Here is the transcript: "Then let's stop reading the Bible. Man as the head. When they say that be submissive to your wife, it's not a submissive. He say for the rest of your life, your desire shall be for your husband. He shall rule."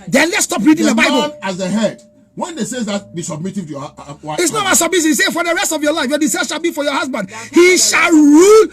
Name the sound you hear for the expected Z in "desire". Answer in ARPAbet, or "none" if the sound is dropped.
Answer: S